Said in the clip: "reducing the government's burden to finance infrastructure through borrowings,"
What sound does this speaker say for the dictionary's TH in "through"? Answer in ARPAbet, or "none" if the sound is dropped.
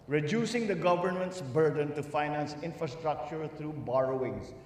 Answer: T